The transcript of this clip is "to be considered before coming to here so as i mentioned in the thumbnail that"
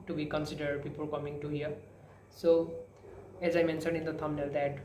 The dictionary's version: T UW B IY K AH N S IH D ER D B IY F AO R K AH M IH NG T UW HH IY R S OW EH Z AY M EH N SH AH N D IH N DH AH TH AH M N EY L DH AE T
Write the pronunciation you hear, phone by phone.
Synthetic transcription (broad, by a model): T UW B IY K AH N S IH D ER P IY P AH L K AH M IH NG T UW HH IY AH S OW EH Z AY M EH N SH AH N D IH N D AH T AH M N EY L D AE T